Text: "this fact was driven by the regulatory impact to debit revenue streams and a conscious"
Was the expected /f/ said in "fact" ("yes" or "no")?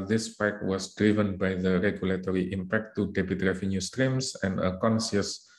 no